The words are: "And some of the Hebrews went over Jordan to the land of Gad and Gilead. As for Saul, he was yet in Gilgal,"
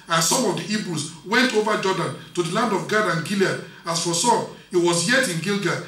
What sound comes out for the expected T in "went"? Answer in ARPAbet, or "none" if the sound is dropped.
T